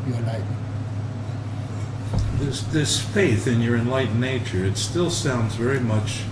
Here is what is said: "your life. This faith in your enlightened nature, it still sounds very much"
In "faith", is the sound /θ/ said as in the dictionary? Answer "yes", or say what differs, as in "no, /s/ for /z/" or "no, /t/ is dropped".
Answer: yes